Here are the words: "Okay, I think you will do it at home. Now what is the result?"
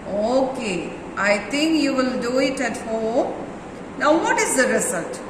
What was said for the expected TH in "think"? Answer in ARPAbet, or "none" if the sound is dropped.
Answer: T